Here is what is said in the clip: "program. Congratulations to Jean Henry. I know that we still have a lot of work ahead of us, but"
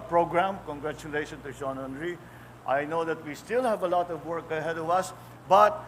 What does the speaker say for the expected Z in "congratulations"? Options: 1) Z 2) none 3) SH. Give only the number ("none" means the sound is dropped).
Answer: 2